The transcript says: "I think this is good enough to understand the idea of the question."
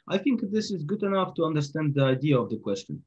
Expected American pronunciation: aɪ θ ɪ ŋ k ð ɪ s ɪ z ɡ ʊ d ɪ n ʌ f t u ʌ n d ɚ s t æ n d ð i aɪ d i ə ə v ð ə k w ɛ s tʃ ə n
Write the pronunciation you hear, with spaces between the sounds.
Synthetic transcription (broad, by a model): aɪ θ ɪ ŋ k ð ɪ s ɪ z ɡ ʊ d ɪ n ʌ f t u ʌ n d ɚ s t æ n d ð i aɪ d i ə ə v ð ə k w ɛ s tʃ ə n